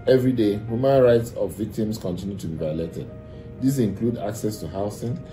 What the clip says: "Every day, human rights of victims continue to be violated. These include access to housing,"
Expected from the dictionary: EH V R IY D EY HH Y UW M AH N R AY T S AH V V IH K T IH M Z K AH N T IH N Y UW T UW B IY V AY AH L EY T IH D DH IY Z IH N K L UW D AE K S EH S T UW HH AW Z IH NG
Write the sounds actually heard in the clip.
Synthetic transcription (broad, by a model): EH V R IY D EY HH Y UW M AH N R AY T S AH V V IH K T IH M S K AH N T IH N Y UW T UW B IY V AY AH L EY T IH D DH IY S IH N K L UW D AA K S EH S T UW HH AW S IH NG